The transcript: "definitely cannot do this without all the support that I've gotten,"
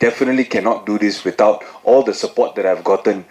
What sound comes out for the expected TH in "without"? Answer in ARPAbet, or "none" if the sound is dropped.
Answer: T